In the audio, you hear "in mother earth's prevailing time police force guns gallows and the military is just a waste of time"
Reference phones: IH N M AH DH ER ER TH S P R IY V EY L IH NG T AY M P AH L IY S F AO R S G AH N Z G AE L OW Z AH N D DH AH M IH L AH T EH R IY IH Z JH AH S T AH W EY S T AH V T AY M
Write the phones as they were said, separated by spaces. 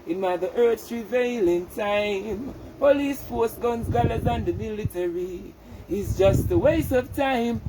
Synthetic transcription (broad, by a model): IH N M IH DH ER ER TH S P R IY V EY L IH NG T AY M P AH L IY S F AO R S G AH N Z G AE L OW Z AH N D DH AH M IH L AH T EH R IY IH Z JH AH S T AH W EY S AH V T AY M